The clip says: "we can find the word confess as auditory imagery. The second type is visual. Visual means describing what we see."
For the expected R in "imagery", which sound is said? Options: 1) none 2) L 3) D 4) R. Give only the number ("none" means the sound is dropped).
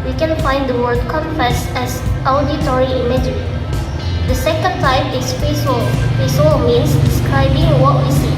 1